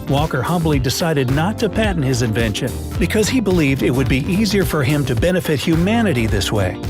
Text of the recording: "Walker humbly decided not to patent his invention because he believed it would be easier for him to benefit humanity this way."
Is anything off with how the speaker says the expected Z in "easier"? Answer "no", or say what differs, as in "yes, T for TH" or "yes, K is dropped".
no